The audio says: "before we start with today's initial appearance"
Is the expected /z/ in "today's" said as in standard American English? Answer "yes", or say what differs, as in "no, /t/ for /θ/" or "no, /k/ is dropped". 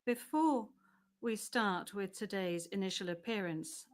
yes